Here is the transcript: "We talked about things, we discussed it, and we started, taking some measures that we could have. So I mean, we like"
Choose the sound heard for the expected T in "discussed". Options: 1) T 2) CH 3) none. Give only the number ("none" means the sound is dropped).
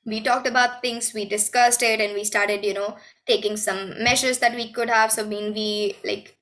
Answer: 1